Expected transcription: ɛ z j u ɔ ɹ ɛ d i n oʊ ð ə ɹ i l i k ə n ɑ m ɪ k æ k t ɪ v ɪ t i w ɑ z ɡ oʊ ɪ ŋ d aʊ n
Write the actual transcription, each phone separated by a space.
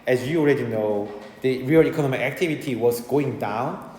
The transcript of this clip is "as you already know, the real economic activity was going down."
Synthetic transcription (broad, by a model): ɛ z j u ɔ ɹ ɛ d i n oʊ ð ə ɹ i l i k ə n ɑ m ɪ k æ k t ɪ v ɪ t i w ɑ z ɡ oʊ ɪ ŋ d aʊ n